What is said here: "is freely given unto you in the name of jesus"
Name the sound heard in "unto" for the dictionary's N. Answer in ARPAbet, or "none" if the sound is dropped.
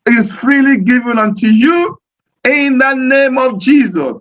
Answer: N